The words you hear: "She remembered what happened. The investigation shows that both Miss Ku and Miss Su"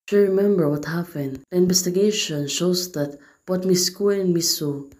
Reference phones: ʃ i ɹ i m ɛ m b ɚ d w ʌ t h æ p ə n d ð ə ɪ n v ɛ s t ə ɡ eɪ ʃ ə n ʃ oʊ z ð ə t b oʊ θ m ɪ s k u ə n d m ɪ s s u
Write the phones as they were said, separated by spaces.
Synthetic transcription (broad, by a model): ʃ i ɹ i m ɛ m b ɚ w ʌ t h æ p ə n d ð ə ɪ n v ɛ s t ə ɡ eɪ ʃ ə n ʃ oʊ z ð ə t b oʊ t m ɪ s k u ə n m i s s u